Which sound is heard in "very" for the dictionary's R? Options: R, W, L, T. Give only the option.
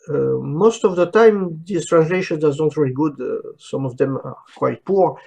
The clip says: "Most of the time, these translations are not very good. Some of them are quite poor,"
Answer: L